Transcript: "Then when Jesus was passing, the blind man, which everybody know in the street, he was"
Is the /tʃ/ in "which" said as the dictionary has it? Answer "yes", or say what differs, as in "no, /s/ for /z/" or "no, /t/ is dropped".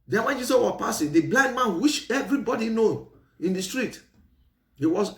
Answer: no, /ʃ/ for /tʃ/